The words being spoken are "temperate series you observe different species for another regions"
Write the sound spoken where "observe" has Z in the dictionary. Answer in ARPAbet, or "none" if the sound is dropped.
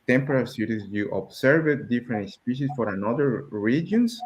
S